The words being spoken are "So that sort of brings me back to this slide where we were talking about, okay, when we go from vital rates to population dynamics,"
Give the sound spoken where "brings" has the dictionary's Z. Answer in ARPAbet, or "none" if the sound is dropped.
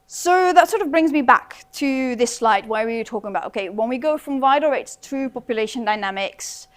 Z